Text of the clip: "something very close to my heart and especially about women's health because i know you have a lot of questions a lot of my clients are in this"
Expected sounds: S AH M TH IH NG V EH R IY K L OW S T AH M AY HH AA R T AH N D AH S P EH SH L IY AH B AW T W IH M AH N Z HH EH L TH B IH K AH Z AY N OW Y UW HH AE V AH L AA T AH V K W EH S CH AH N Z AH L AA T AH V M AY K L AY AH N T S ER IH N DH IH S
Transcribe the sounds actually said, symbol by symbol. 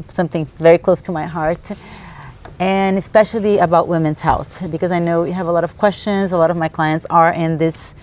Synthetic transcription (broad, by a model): S AH M TH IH NG V EH R IY K L OW S T AH M AY HH AA R T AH N AH S P EH SH L IY AH B AW T W IH M AH N Z HH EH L TH B IH K AH Z AY N OW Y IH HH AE V AH L AA T AH V K W EH S CH AH N Z AH L AA T AH V M AY K L AY AH N T S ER IH N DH IH S